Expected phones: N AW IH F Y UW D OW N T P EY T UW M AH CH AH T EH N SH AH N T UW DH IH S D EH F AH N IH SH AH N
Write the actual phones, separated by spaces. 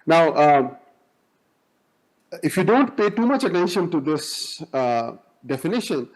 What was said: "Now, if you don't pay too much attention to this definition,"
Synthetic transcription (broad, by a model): N AW IH F Y UW D OW N T P EY T UW M AH CH AH T EH N SH AH N T UW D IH S D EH F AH N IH SH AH N